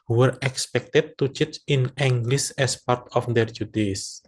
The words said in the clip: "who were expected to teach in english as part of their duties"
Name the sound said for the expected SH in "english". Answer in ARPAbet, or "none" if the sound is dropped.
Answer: S